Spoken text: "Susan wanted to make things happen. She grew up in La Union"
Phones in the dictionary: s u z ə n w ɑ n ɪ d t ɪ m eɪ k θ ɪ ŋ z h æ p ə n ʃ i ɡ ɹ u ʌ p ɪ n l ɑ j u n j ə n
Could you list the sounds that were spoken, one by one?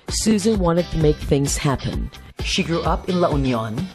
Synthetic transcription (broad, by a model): s u z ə n w ɑ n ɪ d t ɪ m eɪ k θ ɪ ŋ z h æ p ə n ʃ i ɡ ɹ u ʌ p ɪ n l ɑ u n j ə n